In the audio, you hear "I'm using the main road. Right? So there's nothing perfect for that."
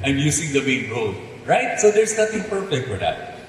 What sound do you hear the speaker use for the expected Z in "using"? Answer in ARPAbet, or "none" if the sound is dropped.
S